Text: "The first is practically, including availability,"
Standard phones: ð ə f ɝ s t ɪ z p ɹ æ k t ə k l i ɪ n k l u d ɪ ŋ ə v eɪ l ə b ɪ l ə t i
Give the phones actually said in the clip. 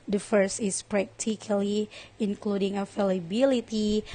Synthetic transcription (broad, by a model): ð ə f ɝ s t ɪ s p ɹ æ k t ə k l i ɪ n k l u d ɪ ŋ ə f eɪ l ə b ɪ l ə t i